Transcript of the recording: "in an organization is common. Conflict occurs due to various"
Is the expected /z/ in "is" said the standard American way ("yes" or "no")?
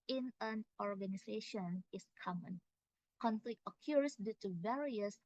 no